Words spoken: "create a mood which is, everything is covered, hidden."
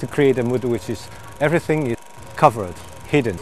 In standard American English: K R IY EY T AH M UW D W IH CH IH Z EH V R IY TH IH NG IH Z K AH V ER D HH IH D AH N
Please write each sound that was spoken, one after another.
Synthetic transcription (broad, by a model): K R IY EY T AH M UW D W IH CH IH Z EH V R IY TH IH NG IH K AH V ER D HH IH D N